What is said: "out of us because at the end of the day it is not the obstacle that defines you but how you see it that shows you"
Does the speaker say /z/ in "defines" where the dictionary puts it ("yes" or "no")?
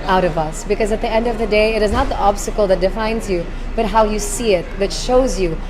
yes